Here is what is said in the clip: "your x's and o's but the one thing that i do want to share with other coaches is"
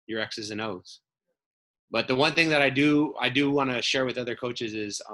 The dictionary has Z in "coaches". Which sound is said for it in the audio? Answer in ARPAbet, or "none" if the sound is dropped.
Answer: Z